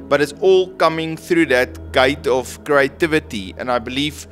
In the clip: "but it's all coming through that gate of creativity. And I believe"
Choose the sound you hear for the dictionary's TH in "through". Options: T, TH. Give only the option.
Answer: TH